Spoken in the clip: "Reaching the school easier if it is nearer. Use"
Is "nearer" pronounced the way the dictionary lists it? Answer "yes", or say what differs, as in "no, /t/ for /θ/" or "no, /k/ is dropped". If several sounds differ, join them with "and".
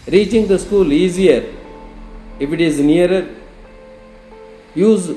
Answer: no, /ɹ/ is dropped